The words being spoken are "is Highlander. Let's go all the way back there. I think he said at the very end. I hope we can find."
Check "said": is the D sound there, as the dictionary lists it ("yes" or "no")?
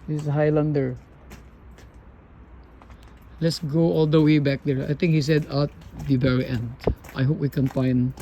yes